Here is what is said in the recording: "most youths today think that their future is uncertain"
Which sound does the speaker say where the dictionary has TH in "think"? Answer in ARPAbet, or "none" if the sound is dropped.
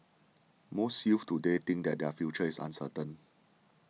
T